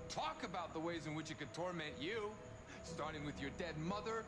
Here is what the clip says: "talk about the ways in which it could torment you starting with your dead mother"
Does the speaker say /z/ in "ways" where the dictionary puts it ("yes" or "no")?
yes